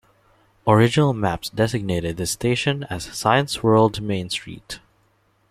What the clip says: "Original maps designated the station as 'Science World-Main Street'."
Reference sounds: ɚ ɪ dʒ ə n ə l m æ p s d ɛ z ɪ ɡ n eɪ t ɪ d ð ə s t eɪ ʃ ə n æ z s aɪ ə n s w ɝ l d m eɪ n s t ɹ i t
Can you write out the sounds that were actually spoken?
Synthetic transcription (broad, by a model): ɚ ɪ dʒ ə n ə l m æ p s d ɛ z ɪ ɡ n eɪ t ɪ d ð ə s t eɪ ʃ ə n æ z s aɪ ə n s w ɝ l d m eɪ n s t ɹ i t